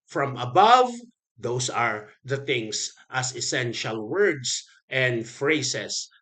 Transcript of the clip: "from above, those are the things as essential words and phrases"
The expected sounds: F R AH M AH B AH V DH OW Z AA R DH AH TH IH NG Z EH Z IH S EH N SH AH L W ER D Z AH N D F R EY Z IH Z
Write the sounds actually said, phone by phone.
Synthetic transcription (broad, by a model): F R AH M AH B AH V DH OW S AA R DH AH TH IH NG S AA S IH S EH N SH AH L W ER D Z AH N D F R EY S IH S